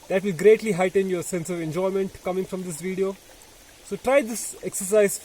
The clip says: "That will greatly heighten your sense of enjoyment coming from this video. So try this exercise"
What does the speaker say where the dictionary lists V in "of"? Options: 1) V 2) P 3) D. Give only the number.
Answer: 1